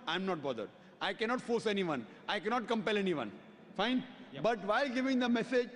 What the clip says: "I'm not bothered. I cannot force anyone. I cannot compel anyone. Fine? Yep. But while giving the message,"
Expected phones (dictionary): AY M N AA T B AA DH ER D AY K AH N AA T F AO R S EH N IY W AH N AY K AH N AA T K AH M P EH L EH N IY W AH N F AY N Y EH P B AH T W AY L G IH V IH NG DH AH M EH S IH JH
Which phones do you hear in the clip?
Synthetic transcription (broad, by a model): AY M N AA T B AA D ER D AY K AH N AA T F AO R S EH N IY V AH N AY K AH N AA T K AH M P EH L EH N IY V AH N F AY N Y B AH T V AY L G IH V IH NG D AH M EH S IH JH